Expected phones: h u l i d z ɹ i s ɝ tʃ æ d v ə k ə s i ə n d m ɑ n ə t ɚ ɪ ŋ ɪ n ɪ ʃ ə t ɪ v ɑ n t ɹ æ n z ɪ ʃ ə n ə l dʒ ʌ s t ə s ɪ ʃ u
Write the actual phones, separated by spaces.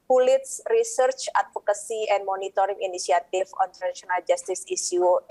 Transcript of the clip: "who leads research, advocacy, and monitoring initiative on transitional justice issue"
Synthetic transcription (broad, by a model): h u l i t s ɹ i s ɝ tʃ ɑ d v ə k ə s i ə n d m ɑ n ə t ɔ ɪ ŋ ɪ n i s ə t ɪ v ɑ n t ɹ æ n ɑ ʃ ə n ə l dʒ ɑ s t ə s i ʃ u